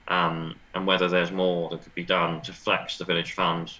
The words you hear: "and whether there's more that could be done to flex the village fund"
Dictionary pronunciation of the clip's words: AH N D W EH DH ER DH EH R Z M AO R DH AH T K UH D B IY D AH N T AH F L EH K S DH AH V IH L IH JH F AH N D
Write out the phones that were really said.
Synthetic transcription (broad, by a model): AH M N W EH DH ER DH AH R Z M AO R DH AH T K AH D B IY D AH N T AH F L EH K S DH AH V IH L IH JH F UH N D